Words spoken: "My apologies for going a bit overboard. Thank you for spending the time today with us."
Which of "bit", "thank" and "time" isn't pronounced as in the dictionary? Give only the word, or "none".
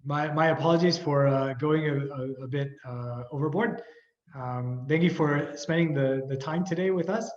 none